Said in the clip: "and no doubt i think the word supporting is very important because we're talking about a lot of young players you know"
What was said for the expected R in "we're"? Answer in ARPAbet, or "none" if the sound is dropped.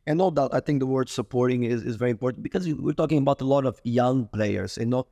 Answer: R